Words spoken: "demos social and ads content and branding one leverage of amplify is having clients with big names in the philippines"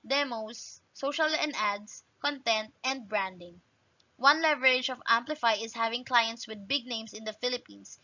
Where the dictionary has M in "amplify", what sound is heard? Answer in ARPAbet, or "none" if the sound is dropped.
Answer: M